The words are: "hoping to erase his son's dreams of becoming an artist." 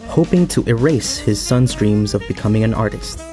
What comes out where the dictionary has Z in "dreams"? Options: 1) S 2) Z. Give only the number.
2